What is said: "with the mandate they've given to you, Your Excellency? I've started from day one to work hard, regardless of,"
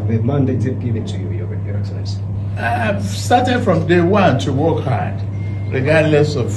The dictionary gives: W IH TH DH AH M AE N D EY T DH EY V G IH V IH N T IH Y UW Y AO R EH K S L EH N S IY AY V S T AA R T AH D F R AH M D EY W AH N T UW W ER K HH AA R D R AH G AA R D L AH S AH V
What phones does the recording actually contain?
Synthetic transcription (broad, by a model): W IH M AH N D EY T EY P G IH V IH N T IH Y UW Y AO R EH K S EH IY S S T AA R T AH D F R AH M D EY W AH N T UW W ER K HH AA R D R AH G AA R D L AH S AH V